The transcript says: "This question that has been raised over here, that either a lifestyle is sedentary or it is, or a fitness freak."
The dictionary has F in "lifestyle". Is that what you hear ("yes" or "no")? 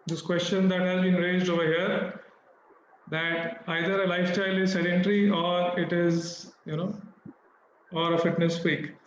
yes